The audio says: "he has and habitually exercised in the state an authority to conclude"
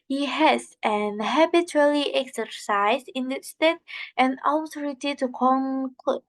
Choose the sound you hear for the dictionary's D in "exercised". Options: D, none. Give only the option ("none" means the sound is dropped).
none